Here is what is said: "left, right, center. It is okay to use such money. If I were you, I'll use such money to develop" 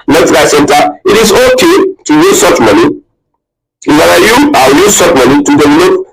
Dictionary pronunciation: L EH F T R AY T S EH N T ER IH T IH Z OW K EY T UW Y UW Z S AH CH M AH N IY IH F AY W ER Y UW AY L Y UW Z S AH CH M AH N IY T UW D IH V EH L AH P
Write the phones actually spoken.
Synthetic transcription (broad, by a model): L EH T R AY S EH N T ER IH T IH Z OW K EY T UW Y UW Z S AH CH M AH N IY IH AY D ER Y UW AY W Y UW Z S AH CH M AH N IY T UW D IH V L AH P